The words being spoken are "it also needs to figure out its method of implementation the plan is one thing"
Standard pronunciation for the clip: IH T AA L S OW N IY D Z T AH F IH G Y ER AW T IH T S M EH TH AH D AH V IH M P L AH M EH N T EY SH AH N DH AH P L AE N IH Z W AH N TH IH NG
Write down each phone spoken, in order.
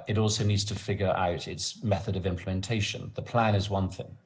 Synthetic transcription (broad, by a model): IH T AA L S OW N IY D Z T AH F IH G Y ER AW T IH T S M EH TH AH D AH V IH M P L AH M EH N T EY SH AH N DH AH P L AE N IH Z W AH N TH IH NG